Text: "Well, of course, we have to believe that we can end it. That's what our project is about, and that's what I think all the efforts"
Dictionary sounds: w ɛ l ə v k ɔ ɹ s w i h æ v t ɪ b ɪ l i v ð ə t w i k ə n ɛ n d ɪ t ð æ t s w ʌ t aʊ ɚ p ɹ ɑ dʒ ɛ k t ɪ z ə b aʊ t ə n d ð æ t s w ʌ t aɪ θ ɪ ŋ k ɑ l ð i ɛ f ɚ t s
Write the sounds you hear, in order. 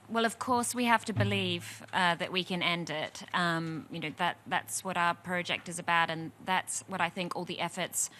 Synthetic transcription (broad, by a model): w ɛ l ə v k ɔ ɹ s w i h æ f t ɪ b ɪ l i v ð ə t w i k ə n ɛ n d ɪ t ð æ t s w ʌ t aʊ ɚ p ɹ ɑ dʒ ɛ k t ɪ z ə b aʊ t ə n ð æ t s w ʌ t aɪ θ ɪ ŋ k ɑ l ð i ɛ f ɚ t s